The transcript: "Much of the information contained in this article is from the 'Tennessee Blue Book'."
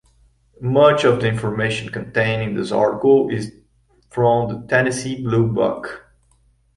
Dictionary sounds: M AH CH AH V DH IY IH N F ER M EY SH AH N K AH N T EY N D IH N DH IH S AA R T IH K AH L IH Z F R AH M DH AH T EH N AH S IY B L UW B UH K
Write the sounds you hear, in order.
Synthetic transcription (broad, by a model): M AH CH AH V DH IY IH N F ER M EY SH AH N K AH N T EY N IH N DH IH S AA R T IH K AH L IH Z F R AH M DH AH T EH N AH S IY B L UW B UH K